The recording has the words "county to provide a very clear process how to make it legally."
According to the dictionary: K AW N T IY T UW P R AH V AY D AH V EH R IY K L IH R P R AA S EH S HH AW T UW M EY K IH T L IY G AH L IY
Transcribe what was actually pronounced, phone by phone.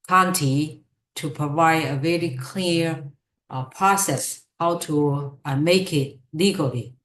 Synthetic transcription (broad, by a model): K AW N T IY T UW P R AH V AY D AH V EH R IY K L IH R P R AA S EH S HH AW T UW M EY K IH T L IY G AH L IY